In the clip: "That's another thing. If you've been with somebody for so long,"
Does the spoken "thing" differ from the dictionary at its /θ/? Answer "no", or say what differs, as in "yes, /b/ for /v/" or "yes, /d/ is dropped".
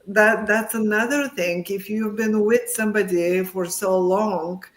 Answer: no